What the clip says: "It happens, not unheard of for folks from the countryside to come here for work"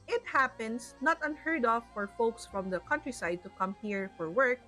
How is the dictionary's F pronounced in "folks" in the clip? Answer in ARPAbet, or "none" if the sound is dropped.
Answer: F